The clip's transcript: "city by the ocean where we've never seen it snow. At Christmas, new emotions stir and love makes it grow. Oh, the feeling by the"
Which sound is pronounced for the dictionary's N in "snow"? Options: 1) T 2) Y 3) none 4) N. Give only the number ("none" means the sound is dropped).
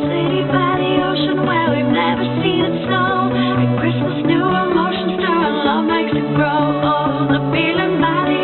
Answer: 3